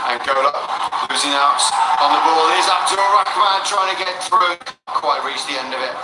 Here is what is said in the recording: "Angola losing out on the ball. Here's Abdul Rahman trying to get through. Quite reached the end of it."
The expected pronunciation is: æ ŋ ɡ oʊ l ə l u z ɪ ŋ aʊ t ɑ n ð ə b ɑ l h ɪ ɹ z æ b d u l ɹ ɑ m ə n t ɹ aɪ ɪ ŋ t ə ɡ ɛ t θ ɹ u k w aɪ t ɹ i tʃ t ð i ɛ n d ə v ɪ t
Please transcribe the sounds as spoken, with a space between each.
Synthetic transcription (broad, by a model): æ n ɡ oʊ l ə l u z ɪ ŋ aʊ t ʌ n ð ə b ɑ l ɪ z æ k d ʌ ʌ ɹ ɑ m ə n t ɹ aɪ ɪ ŋ t ə ɡ ɛ t θ ɹ u k w aɪ t ɹ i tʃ ð i ɛ n d ə v ɪ t